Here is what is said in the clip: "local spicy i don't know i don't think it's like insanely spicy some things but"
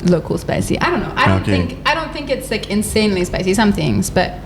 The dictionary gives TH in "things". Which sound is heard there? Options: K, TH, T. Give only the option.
TH